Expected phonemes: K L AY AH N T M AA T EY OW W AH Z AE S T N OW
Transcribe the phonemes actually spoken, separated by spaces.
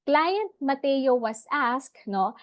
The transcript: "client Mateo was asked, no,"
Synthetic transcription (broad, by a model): K L AY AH N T M AA T EY OW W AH S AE S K N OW